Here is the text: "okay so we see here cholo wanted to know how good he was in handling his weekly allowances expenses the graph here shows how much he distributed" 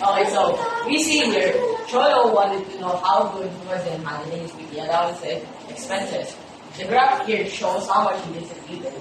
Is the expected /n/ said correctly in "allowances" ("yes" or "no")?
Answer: no